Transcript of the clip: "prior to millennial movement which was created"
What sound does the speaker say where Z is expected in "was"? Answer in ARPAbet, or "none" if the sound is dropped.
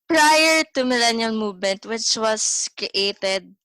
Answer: S